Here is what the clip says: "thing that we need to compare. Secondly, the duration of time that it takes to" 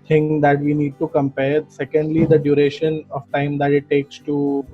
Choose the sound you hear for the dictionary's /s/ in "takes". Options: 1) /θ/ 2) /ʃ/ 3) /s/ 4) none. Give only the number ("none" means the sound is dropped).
3